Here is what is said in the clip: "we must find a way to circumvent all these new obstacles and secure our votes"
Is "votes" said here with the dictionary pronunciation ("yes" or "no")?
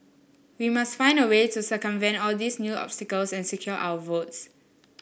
yes